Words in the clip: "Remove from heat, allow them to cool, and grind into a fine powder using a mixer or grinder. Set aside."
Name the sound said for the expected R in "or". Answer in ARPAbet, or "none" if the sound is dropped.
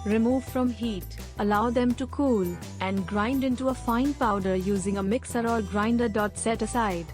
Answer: L